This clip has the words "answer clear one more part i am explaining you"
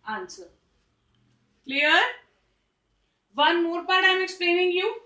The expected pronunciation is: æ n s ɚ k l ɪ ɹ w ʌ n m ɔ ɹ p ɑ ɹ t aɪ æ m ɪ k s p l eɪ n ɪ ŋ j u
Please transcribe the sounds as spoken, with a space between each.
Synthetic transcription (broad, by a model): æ n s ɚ k l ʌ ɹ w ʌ n m ɔ ɹ b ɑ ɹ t aɪ m ɪ k s p l eɪ n ɪ ŋ j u